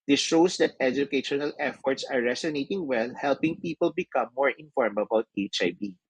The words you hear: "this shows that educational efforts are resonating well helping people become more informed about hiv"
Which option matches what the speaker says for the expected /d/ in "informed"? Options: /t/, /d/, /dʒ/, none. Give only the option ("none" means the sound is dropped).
none